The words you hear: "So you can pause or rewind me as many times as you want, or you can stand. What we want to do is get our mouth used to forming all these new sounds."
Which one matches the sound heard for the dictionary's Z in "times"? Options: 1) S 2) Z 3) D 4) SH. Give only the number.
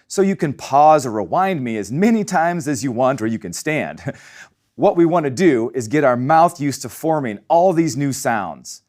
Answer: 2